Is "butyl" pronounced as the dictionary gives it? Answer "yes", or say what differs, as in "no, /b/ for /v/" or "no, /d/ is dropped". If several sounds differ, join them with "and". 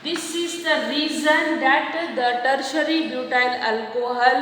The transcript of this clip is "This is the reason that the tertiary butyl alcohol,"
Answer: no, /n/ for /l/